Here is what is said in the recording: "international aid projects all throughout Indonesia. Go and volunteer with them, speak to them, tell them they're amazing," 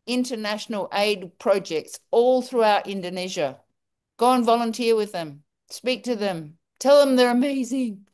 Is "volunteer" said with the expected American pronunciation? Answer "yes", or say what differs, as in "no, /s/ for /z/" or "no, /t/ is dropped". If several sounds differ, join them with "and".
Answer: yes